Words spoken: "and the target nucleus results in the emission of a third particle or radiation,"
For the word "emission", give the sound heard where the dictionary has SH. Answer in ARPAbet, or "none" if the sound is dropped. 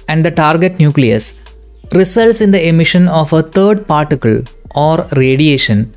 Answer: SH